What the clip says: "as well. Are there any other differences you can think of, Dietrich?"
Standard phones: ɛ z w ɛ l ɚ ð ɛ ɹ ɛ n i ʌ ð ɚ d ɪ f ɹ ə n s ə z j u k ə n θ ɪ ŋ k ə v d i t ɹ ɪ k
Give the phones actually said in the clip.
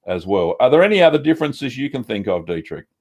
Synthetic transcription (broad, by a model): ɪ z w ɛ l ɚ ð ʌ ɹ ɛ n i ʌ ð ɚ d ɪ f ɹ ə n s ə z j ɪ k ə n θ ɪ ŋ k ə v d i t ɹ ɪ k